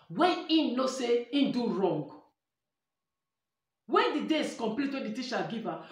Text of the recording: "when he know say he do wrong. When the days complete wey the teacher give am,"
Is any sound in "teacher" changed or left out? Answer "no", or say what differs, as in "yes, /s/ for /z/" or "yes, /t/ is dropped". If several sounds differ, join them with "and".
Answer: yes, /ʃ/ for /tʃ/